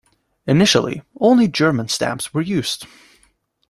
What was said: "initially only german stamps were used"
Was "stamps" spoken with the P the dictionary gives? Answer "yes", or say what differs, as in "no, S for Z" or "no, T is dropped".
yes